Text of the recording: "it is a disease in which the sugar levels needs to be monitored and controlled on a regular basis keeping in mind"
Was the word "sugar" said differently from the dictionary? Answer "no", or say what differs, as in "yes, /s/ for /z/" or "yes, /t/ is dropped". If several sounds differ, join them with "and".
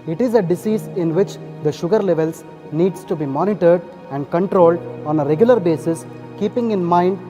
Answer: no